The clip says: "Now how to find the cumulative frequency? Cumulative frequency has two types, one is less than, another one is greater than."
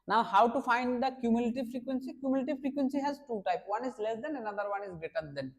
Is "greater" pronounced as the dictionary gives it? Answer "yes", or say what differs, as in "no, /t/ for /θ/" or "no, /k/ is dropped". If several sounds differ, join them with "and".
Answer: no, /ɹ/ is dropped